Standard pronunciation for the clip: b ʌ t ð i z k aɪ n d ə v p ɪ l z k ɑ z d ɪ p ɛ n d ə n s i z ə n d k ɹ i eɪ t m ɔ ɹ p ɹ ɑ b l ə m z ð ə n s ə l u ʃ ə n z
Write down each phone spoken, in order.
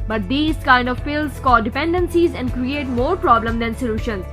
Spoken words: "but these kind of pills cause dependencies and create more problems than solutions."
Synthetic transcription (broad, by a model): b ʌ t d i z k aɪ n d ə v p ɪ l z k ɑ d ɪ p ɛ n d ə n s i z ə n d k ɹ i eɪ t m ɔ ɹ p ɹ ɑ b l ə m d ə n s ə l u ʃ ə n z